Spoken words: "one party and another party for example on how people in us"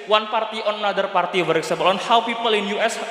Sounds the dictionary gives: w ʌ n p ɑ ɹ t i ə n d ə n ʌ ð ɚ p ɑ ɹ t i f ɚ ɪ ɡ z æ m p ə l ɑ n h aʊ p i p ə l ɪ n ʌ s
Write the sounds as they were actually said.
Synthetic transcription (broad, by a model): w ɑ n p ɑ ɹ t i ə n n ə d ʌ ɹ p ɑ ɹ t i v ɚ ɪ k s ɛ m b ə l ɑ n h aʊ p i p ə l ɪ n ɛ s